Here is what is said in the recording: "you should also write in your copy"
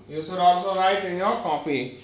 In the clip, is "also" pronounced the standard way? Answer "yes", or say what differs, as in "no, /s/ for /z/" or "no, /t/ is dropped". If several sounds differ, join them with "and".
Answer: no, /l/ is dropped